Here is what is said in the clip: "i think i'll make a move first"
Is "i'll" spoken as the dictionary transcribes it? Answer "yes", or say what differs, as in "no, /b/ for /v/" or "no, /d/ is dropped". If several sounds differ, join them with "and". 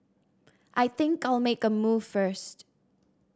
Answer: yes